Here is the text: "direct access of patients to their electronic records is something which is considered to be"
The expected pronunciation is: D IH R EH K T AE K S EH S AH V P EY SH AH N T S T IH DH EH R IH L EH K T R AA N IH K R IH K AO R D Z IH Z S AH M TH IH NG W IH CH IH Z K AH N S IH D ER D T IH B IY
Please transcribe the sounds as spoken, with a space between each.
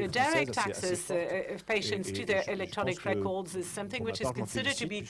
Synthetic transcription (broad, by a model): D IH R EH K T AE K S EH S AH V P EY SH AH N T S T IH DH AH R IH L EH K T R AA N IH K R IH K AO R D Z IH Z S AH M TH IH NG W IH CH IH Z K AH N S IH D ER D T IH B IY